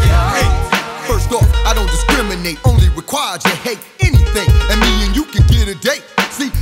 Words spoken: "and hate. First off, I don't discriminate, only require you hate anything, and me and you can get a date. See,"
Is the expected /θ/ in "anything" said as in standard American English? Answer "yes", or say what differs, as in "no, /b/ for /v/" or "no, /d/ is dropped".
yes